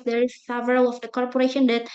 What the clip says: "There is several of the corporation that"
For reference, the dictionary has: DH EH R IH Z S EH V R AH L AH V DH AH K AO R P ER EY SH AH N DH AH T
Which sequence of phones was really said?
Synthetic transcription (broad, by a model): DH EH R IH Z S EH V R AH L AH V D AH K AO R P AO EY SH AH N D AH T